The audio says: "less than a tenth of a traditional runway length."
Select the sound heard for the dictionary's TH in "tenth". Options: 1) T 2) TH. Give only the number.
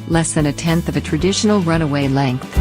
2